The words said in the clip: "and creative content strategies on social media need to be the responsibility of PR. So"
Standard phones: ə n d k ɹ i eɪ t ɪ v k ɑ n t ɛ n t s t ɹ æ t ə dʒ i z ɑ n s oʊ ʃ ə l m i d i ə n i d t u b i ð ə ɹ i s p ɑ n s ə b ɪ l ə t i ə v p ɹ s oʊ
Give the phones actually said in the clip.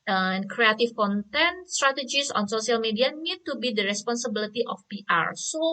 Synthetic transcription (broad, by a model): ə n k ɹ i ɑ t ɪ f k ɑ n t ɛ n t s t ɹ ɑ t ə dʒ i s ɑ n s oʊ s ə l m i d i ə n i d t u b i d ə ɹ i s p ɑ n s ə b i l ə t i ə f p ɹ s oʊ